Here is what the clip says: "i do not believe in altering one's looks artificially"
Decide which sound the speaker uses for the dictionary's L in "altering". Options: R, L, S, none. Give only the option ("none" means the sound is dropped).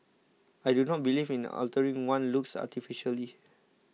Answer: L